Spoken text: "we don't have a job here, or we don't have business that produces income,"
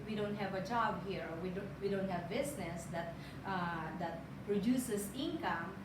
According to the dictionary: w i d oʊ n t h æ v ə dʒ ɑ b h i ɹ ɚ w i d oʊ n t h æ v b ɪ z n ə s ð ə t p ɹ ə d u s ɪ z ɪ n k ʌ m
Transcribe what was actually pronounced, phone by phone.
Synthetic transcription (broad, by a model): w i d oʊ n t h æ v ə dʒ ɑ b h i ɹ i w i d oʊ n t h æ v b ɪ s n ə s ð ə t p ɹ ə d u s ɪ s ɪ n k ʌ m